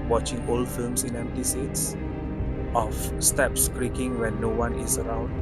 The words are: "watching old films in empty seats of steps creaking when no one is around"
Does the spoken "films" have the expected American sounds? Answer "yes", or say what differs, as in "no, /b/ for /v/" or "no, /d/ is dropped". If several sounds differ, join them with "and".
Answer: no, /s/ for /z/